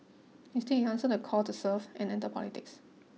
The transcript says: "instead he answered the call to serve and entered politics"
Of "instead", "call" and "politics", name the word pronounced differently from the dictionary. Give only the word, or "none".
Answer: instead